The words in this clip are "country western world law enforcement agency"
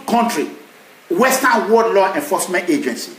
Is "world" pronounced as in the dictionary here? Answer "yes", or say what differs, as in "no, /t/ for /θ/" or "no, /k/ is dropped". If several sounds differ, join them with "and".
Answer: no, /l/ is dropped